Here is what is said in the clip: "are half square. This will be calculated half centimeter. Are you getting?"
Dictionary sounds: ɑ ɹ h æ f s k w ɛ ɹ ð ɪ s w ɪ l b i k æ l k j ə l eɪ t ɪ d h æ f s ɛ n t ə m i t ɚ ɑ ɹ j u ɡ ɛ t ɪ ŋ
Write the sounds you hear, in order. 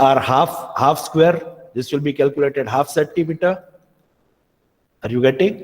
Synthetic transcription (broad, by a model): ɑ ɹ h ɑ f s k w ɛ ɹ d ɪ s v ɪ l b i k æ l k j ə l eɪ t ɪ d h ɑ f s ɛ t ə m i t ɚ ɑ ɹ j u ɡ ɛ t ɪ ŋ